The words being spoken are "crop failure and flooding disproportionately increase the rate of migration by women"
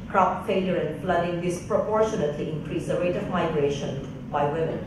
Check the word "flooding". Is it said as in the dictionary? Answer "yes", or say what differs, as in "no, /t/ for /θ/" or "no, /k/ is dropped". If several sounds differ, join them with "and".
yes